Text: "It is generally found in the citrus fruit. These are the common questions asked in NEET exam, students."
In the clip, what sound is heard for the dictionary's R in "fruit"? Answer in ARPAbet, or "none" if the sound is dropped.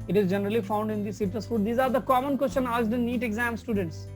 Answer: none